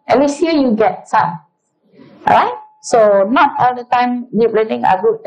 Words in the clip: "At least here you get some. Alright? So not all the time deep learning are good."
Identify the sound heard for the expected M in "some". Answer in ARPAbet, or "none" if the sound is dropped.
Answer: none